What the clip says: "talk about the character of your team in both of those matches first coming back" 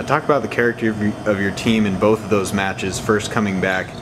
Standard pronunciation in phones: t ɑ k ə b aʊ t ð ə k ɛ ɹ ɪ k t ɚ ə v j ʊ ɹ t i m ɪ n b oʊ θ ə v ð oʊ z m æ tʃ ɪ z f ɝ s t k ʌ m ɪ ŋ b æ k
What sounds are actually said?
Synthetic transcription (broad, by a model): t ɑ k ə b aʊ t ð ə k ɛ ɹ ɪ k t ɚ ə v j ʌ ɹ t i m ɪ n b oʊ θ ə v ð oʊ z m æ tʃ ɪ z f ɝ s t k ʌ m ɪ ŋ b æ k